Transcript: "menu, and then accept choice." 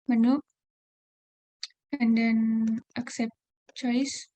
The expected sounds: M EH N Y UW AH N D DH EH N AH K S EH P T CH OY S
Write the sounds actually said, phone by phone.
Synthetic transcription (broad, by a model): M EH N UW AH N D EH N AH K S EH P T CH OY S